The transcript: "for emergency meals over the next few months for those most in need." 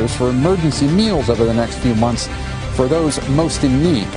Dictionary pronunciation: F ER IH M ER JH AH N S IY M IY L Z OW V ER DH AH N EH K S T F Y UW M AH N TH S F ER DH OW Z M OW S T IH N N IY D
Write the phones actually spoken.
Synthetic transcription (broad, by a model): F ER IH M ER JH AH N S IY M IY L Z OW V ER DH AH N EH K S T F Y UW M AH N TH S F ER DH OW Z M OW S T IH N N IY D